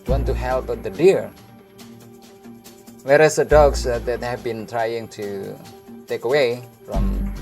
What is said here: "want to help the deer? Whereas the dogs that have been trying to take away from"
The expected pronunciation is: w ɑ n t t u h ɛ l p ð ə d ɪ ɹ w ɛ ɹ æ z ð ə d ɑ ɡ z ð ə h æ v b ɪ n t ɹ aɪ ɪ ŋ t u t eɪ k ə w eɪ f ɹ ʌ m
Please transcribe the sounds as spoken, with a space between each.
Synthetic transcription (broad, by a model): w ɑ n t t u h ɛ l p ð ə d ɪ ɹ w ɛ ɹ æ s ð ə d ɑ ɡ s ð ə h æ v b ɪ n t ɹ aɪ ɪ ŋ t u t eɪ k ə w eɪ f ɹ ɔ m